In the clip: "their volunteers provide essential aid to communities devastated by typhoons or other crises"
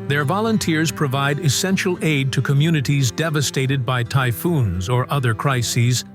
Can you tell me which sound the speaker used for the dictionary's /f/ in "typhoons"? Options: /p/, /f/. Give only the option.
/f/